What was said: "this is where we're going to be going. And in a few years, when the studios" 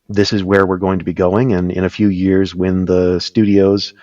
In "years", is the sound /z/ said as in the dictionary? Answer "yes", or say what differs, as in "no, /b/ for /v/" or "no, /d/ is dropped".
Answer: yes